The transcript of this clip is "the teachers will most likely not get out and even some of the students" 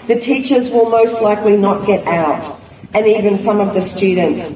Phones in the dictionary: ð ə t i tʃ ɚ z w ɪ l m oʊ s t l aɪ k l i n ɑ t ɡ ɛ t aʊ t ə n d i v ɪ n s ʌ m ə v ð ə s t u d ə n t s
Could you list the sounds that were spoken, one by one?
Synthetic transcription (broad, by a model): ð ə t i tʃ ɚ z w ɪ l m oʊ s t l aɪ k l i n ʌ t ɡ ɛ t aʊ t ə n i v ɪ n s ʌ m ə v ð ə s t u d n t s